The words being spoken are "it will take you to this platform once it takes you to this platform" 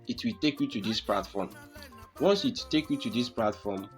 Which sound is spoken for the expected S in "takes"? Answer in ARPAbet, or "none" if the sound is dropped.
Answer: none